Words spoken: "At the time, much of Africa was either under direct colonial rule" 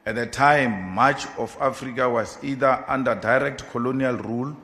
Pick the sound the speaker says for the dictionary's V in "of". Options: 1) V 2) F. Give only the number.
2